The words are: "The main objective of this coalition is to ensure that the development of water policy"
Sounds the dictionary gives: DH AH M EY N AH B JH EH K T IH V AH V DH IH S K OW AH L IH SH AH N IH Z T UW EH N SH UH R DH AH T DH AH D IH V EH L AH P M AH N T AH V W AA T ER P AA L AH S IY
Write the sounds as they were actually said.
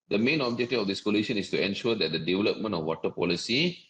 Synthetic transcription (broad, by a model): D AH M EY N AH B JH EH K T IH AH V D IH S K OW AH L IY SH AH N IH S T UW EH N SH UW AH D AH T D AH D IH V EH L AH P M AH N T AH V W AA T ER P AA L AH S IY